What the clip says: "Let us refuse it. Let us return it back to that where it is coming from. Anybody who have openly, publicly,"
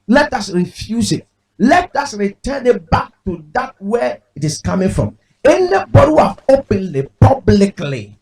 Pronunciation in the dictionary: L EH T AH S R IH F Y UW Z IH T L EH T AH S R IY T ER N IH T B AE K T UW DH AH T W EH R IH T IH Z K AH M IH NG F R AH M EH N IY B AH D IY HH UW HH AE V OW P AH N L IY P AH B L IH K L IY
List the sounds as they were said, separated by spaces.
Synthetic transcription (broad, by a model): L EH T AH S R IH F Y UW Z IH T L EH T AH S R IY T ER N IH T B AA K T UW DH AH T W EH IH T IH S K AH M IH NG F R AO M EH N IY B AH D IY HH UW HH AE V OW P AH N L IY P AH B L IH K L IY